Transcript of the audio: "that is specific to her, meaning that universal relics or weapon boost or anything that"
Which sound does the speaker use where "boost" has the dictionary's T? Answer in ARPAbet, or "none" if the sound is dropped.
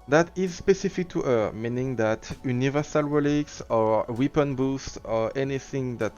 T